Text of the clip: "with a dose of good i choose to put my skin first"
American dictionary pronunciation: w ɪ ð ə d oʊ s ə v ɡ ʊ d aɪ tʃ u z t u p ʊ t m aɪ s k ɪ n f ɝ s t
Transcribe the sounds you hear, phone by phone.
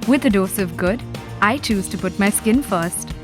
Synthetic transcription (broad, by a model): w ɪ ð ə d oʊ s ə v ɡ ʊ d aɪ tʃ u z t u p ʊ t m aɪ s k ɪ n f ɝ s t